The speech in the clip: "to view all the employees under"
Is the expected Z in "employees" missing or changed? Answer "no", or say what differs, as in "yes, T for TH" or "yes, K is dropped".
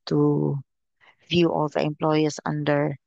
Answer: yes, S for Z